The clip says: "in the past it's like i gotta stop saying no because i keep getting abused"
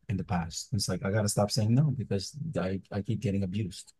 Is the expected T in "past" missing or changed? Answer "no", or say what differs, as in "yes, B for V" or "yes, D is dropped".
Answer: no